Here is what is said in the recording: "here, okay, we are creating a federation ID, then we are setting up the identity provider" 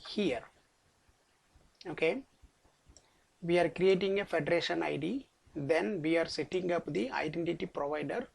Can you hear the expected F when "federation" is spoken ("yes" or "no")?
yes